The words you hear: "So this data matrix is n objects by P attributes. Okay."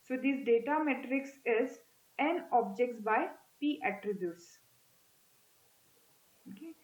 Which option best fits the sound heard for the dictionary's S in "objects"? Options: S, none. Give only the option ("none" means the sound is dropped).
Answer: none